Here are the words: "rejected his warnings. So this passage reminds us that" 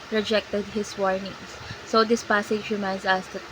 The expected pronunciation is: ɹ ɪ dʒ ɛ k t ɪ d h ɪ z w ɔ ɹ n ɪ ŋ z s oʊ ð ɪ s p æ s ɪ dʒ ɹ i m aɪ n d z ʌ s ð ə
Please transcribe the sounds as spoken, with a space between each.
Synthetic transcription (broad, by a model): ɹ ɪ dʒ ɛ k t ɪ d h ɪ s w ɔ ɹ n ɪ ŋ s s oʊ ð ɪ s p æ s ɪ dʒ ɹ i m aɪ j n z ʌ s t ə